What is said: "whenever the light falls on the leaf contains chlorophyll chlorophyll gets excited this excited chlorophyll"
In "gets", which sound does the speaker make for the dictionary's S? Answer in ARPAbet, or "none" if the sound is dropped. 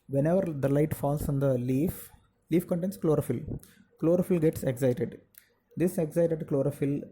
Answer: S